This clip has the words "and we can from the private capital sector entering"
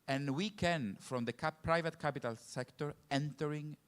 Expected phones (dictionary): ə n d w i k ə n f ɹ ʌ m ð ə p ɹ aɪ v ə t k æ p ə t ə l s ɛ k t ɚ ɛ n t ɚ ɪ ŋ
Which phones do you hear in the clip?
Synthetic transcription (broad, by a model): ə n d w i k ə n f ɹ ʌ m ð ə p ɹ aɪ v ə t k æ p ə t ə l s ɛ k t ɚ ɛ n t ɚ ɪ ŋ